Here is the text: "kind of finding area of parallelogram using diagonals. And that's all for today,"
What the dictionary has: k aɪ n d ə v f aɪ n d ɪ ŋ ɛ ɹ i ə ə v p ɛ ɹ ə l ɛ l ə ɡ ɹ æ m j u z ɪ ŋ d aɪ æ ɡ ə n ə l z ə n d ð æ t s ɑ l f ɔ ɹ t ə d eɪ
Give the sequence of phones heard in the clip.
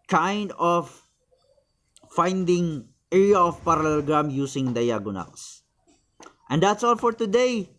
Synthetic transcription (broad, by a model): k aɪ n d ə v f aɪ n d ɪ ŋ ɛ ɹ i ə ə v p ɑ ɹ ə l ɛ l ɡ ɹ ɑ m j u s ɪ ŋ d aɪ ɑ ɡ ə n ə l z ə n d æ t s ɑ l f ɔ ɹ t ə d eɪ